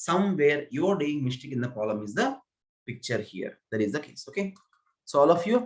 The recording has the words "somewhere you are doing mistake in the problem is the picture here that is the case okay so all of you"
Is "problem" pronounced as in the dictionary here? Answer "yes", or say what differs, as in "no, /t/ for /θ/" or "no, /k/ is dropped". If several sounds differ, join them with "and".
no, /ɹ/ is dropped and /b/ is dropped